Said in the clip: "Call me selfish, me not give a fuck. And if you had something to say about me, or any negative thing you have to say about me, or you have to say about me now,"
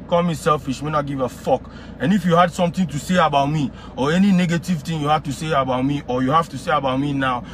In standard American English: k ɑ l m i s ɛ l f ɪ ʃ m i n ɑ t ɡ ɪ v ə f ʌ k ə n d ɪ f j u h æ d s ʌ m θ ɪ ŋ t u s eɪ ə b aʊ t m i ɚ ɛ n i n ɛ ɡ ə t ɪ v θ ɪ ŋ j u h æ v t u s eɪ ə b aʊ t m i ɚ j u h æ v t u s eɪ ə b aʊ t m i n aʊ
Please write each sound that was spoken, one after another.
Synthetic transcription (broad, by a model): k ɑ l m i s ɛ l f ɪ ʃ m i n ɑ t ɡ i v ə f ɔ k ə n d ɪ f j u h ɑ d s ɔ m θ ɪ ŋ t u s eɪ ə b aʊ t m i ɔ ɛ n i n ɛ ɡ ə t ɪ v t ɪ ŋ j u h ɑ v t u s eɪ ə b aʊ t m i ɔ j u h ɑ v t u s eɪ ə b aʊ t m i n aʊ